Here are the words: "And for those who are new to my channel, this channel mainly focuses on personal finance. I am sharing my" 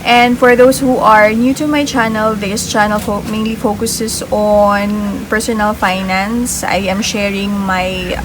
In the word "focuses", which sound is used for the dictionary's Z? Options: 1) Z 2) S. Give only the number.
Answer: 2